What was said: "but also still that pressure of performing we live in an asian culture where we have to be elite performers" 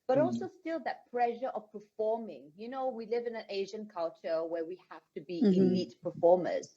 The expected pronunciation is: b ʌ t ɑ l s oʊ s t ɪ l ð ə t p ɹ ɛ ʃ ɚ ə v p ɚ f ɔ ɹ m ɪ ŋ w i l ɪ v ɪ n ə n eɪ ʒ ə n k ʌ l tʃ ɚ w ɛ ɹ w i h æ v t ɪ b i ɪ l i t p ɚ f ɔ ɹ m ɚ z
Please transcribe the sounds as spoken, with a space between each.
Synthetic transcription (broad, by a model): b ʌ t ɑ l s oʊ s t ɪ l ð ə t p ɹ ɛ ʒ ɚ ə v p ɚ f ɔ ɹ m ɪ ŋ w i l ɪ v ɪ n ə n eɪ ʒ ə n k ʌ l tʃ ɚ w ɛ ɹ w i h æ f t ɪ b i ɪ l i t p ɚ f ɔ ɹ m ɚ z